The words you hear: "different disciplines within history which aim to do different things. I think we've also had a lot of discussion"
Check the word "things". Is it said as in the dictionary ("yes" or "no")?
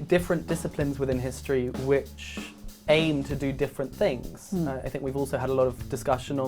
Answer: yes